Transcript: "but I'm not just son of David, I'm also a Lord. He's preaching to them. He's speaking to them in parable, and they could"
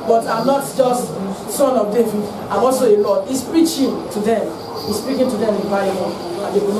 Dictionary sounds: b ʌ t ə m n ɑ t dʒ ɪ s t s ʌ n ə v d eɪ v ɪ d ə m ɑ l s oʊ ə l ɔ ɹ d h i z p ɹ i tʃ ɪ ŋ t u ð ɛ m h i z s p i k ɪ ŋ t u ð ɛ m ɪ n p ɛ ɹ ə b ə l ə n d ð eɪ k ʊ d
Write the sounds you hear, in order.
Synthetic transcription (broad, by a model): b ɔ t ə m n ɑ t dʒ ɪ s t s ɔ n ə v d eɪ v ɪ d ə m ɑ l s oʊ ə l ɔ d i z p ɹ i tʃ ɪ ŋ t u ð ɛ m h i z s p i k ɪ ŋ t u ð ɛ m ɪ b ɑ ə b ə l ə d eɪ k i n